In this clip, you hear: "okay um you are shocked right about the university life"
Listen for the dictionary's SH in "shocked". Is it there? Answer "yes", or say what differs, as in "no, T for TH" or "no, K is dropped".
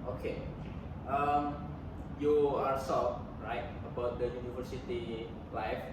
no, S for SH